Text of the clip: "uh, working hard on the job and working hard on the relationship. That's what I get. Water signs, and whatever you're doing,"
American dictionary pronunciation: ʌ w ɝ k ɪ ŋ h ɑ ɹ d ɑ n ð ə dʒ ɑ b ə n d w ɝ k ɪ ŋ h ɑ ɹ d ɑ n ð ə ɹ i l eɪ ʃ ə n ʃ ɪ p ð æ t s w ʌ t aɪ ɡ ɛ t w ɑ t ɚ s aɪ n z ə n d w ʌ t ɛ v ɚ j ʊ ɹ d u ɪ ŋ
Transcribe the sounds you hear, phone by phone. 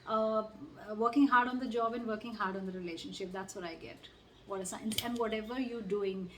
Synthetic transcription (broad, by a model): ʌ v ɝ k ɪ ŋ h ɑ ɹ d ɑ n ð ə dʒ ɑ b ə n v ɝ k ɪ ŋ h ɑ ɹ d ɑ n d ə ɹ i l eɪ ʃ ə n ʃ ɪ p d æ t s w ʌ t aɪ ɡ ɛ t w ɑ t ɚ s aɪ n ə n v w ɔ t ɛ v ɚ j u d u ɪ ŋ